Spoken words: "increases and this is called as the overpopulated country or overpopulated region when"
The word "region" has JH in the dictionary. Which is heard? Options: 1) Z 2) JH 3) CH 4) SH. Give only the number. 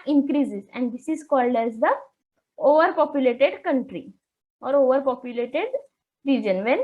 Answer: 2